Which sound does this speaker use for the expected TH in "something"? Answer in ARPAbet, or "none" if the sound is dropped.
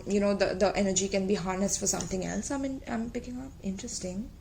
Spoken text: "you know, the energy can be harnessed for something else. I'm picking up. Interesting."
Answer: T